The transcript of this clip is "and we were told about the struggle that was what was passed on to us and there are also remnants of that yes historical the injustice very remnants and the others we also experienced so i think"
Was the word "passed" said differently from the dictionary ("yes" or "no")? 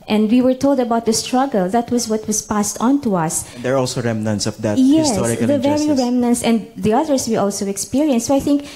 no